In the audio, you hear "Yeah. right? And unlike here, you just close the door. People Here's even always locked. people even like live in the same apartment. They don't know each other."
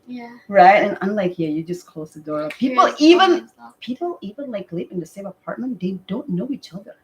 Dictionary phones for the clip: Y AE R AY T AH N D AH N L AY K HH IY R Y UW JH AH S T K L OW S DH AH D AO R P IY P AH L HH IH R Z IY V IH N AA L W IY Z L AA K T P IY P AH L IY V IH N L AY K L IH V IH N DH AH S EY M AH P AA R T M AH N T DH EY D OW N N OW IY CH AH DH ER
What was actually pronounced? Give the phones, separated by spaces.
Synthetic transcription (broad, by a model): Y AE R AY T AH N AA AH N L AY K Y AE Y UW JH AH S K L OW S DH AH D AO R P IY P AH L IY V IH N P IY P L IY V IH N L AY K L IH P IH N DH AH S EY M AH P AA R T M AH N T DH EY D OW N N OW IY CH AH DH ER